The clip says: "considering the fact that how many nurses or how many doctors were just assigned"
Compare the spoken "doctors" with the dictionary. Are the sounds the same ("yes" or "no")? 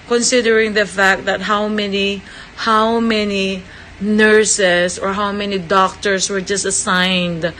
no